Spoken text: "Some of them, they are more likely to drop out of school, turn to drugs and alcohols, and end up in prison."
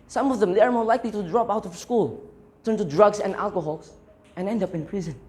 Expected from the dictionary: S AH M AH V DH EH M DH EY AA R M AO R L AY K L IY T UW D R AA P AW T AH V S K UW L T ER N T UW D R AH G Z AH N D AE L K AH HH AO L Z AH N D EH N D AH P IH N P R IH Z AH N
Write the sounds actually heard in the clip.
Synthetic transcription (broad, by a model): S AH M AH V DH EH M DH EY AA R M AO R L AY K L IY T UW D R AA P AW T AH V S K UW L T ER N T UW D R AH G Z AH N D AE L K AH HH AO L S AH N EH N D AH P IH N P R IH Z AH N